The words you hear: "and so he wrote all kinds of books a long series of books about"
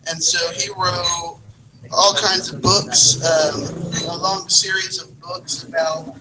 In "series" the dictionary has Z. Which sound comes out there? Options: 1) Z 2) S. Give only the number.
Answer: 1